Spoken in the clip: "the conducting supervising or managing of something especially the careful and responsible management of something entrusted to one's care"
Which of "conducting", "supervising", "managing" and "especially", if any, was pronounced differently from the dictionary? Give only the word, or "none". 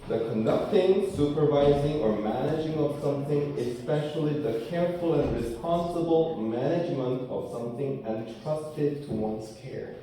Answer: none